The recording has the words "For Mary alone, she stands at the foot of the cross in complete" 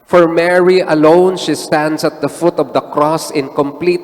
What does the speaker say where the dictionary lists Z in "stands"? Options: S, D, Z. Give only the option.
S